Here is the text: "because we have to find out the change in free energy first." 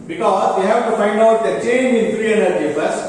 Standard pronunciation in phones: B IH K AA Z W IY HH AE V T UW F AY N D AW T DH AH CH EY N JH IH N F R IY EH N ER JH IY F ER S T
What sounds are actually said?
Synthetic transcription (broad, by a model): B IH K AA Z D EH HH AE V T UW F AY N D AW T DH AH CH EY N IH N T R IY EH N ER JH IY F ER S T